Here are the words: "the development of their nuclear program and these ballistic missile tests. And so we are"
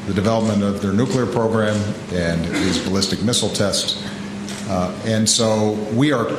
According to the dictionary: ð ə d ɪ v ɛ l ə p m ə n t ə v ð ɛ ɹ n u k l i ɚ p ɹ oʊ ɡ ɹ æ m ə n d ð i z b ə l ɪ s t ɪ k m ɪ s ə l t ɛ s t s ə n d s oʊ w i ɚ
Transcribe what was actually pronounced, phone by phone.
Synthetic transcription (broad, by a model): ð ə d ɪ v ɛ l ə p m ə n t ə v ð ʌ ɹ n u k l i ɚ p ɹ oʊ ɡ ɹ æ m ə n ð i z b ə l ɪ s t ɪ k m ɪ s l t ɛ s t s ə n s oʊ w i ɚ